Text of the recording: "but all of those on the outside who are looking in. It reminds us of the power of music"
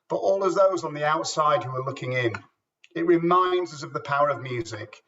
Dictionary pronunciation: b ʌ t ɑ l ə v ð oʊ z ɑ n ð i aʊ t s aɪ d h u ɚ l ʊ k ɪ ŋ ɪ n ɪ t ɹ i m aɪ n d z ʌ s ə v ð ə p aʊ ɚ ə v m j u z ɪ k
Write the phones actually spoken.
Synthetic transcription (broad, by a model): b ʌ t ɑ l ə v ð oʊ z n ð i aʊ t s aɪ d h u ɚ l ʊ k ɪ ŋ ɪ n ɪ t ɹ i m aɪ n d z ʌ s ə v ð ə p aʊ ɚ ə v m j u z ɪ k